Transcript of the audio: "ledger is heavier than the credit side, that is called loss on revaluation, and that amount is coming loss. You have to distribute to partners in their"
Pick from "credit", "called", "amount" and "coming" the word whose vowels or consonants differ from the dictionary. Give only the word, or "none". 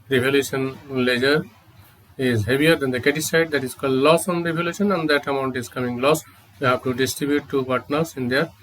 credit